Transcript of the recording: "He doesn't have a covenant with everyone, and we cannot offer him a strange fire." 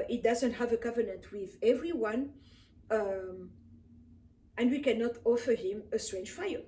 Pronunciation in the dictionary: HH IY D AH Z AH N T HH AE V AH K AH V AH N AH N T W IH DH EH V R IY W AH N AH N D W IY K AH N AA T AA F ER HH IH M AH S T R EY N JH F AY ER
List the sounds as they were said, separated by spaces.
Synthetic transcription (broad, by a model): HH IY D AH Z AH N T HH AE V AH K AH V AH N AH N T W IH DH EH V R IY W AH N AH N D W IY K AH N AA T AA F ER HH IH M AH S T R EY N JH F AY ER